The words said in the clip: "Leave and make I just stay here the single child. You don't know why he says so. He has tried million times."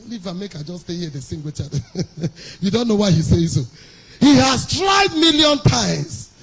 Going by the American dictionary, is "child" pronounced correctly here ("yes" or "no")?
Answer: no